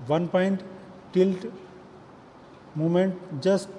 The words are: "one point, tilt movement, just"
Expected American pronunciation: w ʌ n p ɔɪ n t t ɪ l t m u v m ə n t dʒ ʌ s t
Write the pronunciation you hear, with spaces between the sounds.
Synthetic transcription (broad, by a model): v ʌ n p ɔɪ n t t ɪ l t m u m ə n t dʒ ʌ s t